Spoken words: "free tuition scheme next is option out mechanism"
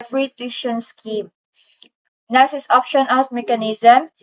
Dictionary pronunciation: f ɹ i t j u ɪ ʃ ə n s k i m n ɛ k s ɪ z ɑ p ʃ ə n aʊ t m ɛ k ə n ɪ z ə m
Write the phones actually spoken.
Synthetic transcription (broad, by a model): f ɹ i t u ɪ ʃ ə n s k i m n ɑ s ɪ s ɑ p ʃ ə n aʊ t m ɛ k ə n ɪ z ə m